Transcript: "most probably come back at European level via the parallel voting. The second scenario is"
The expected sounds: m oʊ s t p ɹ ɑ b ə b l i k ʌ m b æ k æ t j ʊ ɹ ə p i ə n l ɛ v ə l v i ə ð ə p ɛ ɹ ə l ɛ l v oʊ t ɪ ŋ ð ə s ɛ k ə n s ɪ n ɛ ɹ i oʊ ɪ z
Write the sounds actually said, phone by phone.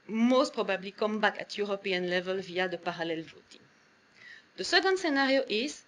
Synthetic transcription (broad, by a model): m oʊ s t p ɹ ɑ b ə b l i k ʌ m b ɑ k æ t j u ɹ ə p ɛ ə n l ɛ v ə l v i ə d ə p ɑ ɹ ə l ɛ l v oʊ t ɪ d ə s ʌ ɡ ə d s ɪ n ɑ ɹ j oʊ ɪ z